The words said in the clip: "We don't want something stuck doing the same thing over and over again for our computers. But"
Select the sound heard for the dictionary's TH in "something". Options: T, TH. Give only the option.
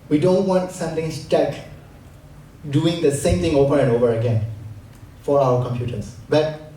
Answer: T